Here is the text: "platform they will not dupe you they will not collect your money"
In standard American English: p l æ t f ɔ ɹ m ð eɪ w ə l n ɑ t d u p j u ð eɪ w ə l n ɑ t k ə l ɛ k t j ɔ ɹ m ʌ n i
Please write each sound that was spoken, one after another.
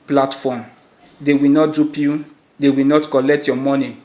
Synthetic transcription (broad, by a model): p l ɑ t f ɔ m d eɪ w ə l n ɑ t d u p j u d eɪ w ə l n ɑ t k ə l ɛ k t j ɔ m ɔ n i